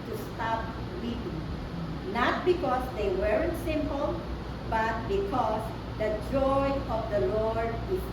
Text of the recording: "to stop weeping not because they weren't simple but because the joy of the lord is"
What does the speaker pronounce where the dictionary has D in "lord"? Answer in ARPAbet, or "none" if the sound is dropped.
D